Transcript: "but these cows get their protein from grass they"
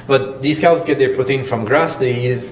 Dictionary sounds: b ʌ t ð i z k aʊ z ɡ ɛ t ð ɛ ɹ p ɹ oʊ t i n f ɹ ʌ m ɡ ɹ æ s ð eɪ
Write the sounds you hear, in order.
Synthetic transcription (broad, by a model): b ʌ t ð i s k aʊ s ɡ ɛ t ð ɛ ɹ p ʊ t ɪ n f ɹ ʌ m ɡ ɹ æ s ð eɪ